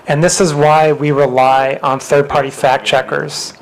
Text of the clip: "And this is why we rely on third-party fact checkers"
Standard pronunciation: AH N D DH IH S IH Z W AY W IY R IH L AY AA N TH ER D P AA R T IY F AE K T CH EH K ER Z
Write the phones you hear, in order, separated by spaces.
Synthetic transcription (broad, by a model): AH N DH IH S IH Z W AY W IY R IH L AY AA N TH ER D P AA R T IY F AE K CH EH K ER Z